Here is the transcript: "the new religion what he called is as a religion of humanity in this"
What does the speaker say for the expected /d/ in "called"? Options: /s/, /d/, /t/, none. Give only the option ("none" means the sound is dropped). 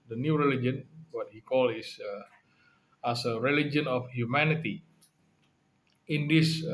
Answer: none